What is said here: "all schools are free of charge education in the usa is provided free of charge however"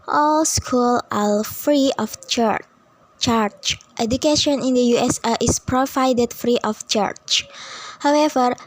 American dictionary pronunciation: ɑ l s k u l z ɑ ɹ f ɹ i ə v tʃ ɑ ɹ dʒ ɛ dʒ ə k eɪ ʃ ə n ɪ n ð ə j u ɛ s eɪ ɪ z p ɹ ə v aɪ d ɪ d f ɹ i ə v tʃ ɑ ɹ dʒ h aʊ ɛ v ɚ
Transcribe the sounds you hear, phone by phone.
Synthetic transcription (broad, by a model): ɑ l s k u l ɑ l f ɹ i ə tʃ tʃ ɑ ɹ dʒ ɛ dʒ ə k eɪ ʃ ə n ɪ n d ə j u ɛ s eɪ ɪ s p ɹ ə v aɪ d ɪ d f ɹ i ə f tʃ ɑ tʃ h aʊ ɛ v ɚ